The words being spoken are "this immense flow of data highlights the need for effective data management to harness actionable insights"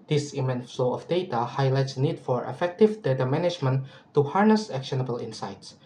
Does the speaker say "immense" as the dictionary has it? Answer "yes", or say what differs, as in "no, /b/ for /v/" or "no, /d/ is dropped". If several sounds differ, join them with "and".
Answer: no, /s/ is dropped